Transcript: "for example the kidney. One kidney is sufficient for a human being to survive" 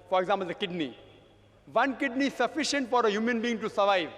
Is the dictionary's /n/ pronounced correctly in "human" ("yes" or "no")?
yes